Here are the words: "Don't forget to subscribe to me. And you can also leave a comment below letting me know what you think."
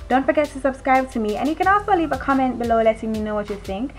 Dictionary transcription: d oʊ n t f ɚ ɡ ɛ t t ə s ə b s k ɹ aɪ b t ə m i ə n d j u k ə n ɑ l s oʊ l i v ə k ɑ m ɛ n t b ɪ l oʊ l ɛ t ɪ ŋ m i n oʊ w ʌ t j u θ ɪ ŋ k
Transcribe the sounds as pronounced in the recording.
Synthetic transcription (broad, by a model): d oʊ n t f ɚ ɡ ɛ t t ə s ə b s k ɹ aɪ b t ə m i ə n j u k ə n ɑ s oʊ l i v ə k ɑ m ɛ n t b ɪ l oʊ l ɛ t ɪ ŋ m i n oʊ w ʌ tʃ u θ ɪ ŋ k